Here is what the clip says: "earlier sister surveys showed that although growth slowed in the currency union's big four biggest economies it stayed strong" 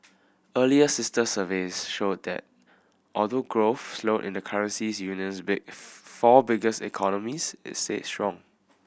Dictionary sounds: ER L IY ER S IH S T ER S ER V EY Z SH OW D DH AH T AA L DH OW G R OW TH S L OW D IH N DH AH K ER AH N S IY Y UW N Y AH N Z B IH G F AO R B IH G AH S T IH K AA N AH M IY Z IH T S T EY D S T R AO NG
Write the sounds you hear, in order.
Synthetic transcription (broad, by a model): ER L IY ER S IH S T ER S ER V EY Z SH OW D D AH T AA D OW G R OW F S L OW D IH N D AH K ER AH N S IY Y UW N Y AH N S B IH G F AO B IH G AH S IH K AA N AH M IY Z IH T S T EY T S T R AO NG